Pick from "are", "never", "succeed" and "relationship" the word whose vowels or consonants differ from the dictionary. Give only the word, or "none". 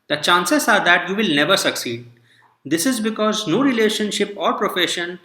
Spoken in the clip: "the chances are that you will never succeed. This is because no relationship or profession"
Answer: none